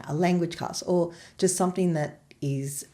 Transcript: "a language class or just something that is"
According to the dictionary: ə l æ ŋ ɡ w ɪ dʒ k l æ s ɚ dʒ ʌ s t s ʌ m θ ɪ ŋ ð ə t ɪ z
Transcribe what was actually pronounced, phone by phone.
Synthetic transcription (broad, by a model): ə l æ ŋ ɡ w ɪ dʒ k ɑ s ɚ dʒ ʌ s t s ʌ m θ ɪ ŋ ð ə t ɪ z